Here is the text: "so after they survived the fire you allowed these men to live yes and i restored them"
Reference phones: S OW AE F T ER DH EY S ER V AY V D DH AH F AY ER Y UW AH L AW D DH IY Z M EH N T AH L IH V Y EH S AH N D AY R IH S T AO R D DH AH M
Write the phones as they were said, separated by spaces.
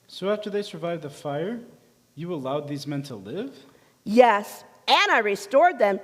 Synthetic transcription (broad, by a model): S OW AE F T ER DH EY S ER V AY V DH AH F AY ER Y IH AH L AW D DH IY Z M EH N T AH L IH V Y EH S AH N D AY R IH S T AO R D DH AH M